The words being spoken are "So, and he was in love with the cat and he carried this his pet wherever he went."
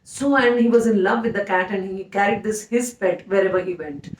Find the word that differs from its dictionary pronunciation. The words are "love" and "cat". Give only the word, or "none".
none